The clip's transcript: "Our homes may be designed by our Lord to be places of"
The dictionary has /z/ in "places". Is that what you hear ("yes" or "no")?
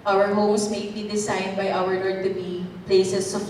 no